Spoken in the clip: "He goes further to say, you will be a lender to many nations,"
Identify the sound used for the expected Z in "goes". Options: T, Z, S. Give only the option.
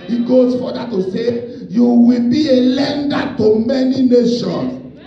S